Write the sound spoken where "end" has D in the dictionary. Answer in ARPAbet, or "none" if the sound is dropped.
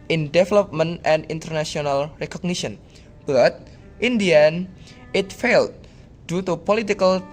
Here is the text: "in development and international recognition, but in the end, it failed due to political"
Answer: none